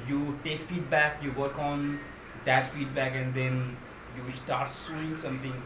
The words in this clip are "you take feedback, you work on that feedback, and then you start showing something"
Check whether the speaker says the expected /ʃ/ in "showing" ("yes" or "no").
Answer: no